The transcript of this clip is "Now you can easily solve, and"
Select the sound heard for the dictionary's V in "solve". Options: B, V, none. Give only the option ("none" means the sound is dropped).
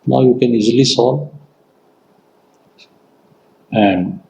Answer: none